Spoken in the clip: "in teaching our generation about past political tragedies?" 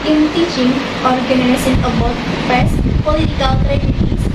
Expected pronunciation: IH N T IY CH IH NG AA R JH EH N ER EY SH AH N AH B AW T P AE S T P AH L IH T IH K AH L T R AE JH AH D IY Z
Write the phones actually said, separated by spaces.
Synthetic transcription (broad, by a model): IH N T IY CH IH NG AA R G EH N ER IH S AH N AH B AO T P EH S P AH L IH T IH K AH L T R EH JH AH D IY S